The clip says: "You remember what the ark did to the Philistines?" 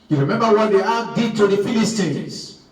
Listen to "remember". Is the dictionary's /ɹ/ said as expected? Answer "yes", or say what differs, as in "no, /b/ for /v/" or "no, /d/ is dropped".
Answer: yes